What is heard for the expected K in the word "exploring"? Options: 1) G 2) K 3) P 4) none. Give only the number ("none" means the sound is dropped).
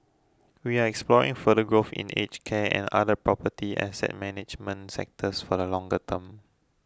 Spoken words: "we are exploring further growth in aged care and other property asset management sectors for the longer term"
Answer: 2